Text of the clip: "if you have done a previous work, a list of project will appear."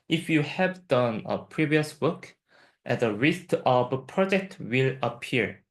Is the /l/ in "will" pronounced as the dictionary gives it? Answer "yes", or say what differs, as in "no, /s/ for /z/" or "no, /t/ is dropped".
yes